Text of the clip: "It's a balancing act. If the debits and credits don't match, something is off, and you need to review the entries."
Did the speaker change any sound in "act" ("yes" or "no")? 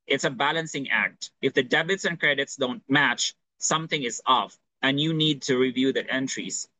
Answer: no